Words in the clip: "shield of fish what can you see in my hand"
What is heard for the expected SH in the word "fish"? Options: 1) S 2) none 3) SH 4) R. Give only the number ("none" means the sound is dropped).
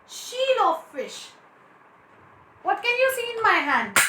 3